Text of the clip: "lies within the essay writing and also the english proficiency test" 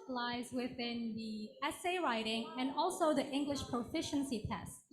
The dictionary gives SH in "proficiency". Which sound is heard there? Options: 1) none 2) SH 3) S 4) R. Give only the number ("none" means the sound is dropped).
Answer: 2